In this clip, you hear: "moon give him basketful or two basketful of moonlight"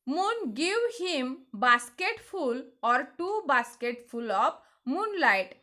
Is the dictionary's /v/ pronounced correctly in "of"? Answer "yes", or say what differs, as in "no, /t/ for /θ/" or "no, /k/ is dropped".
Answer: no, /p/ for /v/